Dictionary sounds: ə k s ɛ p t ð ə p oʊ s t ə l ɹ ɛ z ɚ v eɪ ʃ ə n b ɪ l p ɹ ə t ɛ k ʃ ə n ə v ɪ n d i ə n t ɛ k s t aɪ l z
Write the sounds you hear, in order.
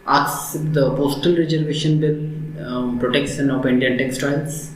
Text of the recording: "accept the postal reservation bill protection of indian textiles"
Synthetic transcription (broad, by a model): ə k s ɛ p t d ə p oʊ s t ə l ɹ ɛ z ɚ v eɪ ʃ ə n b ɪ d p ɹ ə t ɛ k s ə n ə p ɪ n d i ə n t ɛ k s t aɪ l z